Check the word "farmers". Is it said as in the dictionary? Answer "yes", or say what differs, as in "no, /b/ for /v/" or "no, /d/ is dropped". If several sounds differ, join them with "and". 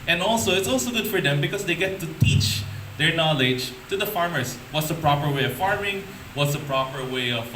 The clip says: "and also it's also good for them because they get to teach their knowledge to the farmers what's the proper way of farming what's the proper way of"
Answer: no, /s/ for /z/